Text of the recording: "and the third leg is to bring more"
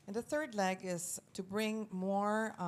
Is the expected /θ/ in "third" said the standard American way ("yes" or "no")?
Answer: yes